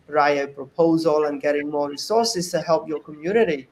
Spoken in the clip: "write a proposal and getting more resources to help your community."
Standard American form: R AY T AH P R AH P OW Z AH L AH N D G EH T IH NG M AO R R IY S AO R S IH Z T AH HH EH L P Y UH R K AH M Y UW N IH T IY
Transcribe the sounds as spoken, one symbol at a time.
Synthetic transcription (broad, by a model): R AY AH P R AH P OW Z AH L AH N G EH T IH NG M AO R R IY S AO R S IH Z T AH HH EH L P Y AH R K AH M Y UW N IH T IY